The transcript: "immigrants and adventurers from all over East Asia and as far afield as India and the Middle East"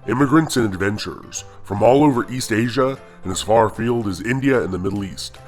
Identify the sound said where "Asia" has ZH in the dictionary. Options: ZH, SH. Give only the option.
ZH